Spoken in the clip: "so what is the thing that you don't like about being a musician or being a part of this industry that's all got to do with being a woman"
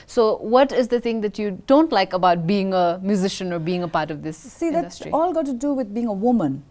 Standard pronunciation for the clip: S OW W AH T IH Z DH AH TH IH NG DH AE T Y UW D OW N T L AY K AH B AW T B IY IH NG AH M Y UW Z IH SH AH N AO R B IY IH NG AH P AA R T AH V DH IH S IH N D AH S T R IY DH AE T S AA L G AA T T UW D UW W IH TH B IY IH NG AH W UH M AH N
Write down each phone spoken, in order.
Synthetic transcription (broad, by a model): S OW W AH T IH Z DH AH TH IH NG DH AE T Y UW D OW N T L AY K AH B AW T B IY IH NG AH M Y UW Z IH SH AH N AO R B IY IH NG AH P AA R T AH V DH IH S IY D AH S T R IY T AA L G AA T T UW D UW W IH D B IY IH NG AH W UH M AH N